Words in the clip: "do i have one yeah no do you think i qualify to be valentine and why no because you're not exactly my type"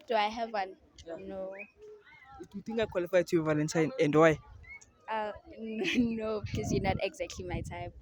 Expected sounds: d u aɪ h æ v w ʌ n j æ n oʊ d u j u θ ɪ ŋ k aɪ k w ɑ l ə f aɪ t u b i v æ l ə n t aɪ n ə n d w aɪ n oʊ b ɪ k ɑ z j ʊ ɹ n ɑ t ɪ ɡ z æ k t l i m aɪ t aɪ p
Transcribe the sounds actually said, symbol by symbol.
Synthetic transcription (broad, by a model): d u aɪ h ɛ v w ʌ n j n oʊ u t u t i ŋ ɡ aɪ k w ɑ l ə f aɪ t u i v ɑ n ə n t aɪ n ə n d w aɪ n oʊ b ɪ k ɑ z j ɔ n ɑ t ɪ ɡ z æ k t l i m aɪ t aɪ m